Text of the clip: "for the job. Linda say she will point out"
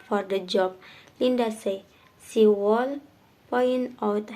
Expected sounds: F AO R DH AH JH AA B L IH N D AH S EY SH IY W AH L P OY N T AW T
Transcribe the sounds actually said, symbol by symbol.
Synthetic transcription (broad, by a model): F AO R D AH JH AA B L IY N D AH S EY S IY W AH L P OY N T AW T